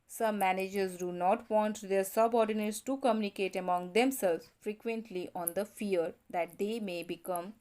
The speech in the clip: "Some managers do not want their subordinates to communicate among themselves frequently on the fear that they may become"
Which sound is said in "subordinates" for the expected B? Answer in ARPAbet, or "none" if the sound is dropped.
B